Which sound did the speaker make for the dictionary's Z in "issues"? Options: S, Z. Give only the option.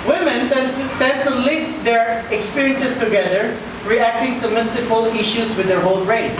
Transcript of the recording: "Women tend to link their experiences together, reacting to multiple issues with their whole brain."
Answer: S